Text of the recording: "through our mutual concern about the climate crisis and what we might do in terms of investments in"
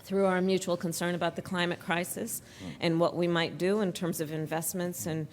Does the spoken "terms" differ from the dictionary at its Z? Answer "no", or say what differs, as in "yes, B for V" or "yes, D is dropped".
no